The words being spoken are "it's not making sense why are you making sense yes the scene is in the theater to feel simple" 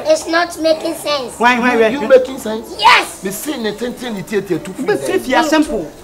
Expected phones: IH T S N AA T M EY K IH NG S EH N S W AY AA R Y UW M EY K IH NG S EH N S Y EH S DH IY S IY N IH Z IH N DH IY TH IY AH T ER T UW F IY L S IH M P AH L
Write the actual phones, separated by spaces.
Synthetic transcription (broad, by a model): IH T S N AA T M EY K IH NG S EH N S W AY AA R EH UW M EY K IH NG S EH N S Y EH S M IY S IY N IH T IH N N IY T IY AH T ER T UW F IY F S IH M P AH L